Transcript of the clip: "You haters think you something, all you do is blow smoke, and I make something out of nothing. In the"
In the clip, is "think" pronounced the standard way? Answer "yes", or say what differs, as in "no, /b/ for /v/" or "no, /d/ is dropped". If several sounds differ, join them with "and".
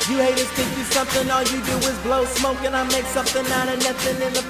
no, /ŋ/ is dropped